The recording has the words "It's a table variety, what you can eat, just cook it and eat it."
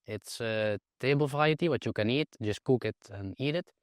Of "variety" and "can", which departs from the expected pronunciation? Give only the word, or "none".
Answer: variety